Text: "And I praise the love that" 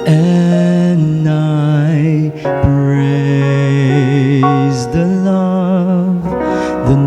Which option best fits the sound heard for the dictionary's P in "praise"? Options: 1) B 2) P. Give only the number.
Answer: 1